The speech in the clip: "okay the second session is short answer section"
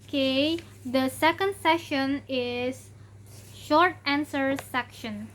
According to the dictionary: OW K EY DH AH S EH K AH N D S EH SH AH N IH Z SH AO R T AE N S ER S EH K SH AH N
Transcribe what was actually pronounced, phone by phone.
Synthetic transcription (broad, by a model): K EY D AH S EH K AH N D S EH SH AH N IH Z SH AO R T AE N S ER S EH K SH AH N